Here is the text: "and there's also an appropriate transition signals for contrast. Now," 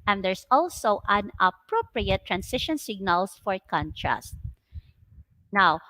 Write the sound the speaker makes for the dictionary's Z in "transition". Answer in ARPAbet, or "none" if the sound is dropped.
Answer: S